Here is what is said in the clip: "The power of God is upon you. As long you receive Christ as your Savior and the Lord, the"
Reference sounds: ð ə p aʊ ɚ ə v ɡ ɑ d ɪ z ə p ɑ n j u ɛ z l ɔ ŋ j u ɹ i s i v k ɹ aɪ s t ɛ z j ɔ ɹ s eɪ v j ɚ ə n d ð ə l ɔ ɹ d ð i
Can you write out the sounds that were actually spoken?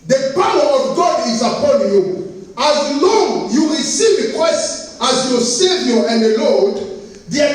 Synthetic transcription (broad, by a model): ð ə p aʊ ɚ ə v ɡ ɑ d ɪ z ə p ɑ n j u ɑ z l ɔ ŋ j u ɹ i s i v k w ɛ s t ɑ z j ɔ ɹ s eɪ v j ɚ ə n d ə l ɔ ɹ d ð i